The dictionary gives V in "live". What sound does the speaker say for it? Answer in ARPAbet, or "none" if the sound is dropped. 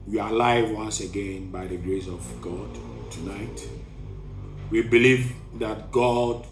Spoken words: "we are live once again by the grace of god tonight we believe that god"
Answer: V